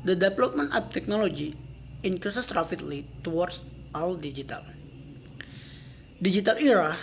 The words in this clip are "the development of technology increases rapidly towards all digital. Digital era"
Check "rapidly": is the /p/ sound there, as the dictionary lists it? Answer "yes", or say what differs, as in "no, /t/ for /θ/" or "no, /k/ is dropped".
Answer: no, /f/ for /p/